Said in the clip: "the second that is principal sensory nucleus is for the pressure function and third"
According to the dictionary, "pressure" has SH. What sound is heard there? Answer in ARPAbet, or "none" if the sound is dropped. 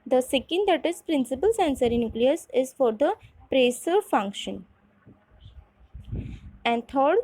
S